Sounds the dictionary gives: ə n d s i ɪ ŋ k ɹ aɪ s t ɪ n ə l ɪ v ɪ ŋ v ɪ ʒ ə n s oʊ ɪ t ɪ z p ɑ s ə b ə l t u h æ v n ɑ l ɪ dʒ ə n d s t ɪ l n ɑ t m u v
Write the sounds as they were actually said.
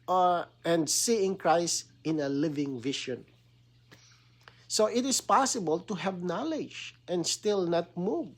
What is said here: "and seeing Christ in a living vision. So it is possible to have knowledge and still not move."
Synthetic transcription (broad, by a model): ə n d s i ɪ ŋ k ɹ aɪ s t ɪ n ə l ɪ v ɪ ŋ v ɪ ʃ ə n s oʊ ɪ t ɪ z p ɑ s ə b ə l t u h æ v n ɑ l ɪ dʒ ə n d s t ɪ l n ɑ t m u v